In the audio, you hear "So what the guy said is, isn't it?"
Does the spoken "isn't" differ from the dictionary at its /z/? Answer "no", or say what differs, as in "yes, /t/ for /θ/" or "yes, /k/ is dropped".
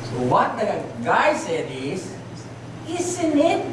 yes, /s/ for /z/